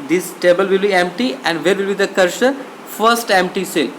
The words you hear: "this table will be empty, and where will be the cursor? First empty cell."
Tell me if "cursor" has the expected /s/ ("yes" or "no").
no